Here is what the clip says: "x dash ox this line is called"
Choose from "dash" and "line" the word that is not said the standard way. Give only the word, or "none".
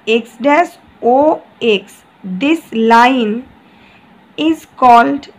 dash